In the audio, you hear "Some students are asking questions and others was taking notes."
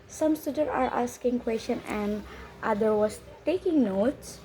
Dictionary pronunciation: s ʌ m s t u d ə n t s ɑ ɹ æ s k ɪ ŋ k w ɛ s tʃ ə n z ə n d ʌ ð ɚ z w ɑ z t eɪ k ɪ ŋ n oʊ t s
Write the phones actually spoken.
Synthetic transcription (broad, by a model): s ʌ m s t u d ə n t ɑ ɹ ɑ s k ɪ ŋ k w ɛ s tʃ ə n ə n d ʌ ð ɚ w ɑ s t eɪ k ɪ ŋ n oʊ t s